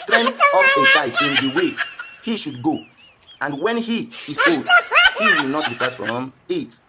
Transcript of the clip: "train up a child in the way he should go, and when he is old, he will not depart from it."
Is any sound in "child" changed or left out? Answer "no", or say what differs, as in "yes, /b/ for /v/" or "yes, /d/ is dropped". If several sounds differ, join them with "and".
yes, /s/ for /tʃ/ and /l/ is dropped